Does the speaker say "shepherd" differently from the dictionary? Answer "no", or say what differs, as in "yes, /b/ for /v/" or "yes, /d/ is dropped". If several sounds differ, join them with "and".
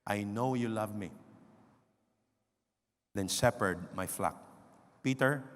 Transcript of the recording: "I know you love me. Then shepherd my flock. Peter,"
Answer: yes, /s/ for /ʃ/